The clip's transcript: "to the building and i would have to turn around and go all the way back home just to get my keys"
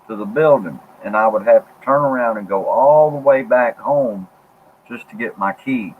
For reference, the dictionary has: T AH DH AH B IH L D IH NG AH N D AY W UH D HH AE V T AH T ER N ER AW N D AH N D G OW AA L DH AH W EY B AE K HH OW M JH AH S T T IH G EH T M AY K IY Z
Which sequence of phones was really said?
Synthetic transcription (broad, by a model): T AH DH AH B IH L D IH NG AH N AY W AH D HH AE F T AH T ER N ER AW N D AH N G OW AA L DH AH W EY B AE K HH OW M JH AH S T T IH G EH T M AY K IY